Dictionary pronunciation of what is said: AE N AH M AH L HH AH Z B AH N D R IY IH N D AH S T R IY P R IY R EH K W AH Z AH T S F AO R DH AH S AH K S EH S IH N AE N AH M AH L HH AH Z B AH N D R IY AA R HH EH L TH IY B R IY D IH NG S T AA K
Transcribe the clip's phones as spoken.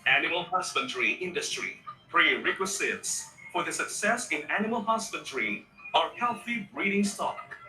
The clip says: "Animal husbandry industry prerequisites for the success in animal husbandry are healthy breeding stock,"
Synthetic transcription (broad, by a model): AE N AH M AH L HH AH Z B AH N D R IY IH N D AH S T R IY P R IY R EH K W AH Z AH T S F AO R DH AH S AH K S EH S IH N AE N AH M AH L HH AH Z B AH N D R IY AA R HH EH L TH IY B R IY D IH NG S T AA K